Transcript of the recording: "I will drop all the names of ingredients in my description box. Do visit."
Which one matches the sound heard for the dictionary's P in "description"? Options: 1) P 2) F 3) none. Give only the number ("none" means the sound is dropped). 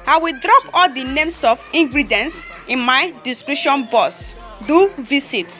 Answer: 3